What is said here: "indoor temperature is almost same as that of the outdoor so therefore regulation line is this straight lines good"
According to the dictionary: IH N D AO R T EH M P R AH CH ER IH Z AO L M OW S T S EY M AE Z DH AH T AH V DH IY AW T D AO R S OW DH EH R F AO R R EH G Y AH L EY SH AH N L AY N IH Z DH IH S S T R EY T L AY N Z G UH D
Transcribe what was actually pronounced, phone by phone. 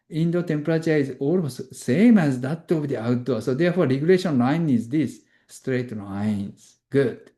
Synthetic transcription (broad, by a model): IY N D AO T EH M P R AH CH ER IH Z AO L OW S S EY M AE Z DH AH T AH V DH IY AW T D AO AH S OW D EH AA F AO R R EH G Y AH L EY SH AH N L AY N IH Z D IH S S T R EY T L AY N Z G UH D